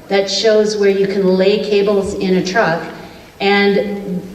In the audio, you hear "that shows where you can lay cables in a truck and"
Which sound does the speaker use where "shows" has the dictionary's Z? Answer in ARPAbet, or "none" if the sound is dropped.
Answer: Z